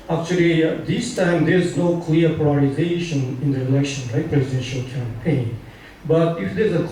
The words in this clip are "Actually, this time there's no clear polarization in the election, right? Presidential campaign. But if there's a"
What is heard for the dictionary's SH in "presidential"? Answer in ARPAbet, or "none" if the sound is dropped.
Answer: SH